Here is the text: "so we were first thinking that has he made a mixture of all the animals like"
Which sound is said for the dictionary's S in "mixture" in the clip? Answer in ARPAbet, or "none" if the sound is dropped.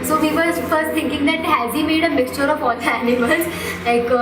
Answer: S